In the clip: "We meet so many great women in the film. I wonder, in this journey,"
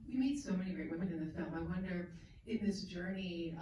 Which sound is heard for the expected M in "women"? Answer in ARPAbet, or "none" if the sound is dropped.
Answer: none